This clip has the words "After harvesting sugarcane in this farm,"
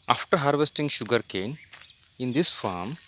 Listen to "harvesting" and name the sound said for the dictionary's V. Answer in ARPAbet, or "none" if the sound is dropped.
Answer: V